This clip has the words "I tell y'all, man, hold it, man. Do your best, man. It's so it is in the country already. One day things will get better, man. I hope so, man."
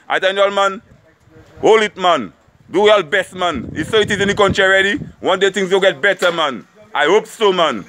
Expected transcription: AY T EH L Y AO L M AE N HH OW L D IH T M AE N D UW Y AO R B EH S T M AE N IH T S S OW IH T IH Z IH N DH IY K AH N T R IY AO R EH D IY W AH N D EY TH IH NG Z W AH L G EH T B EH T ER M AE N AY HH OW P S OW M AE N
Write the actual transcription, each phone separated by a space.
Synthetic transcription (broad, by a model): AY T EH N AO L M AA N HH OW L IH T M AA N D UW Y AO L B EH S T M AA N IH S S OW IH T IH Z IH N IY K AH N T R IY R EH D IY W AH N D EY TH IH NG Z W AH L G EH T B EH T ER M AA N AY HH OW P S OW M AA N